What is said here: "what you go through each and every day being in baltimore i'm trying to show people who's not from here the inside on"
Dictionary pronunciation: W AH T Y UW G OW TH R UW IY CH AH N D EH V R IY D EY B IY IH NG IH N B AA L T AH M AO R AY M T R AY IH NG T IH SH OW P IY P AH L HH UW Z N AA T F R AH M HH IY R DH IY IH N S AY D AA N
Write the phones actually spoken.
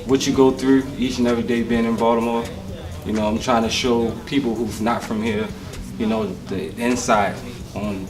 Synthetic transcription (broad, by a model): W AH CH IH G OW TH R UW IY CH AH N EH V R IY D EY B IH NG IH N B AA T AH M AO R AY M T R AY IH NG T IH SH OW P IY P L HH UW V N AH T F R AH M HH IY R DH IY IH N S AY D N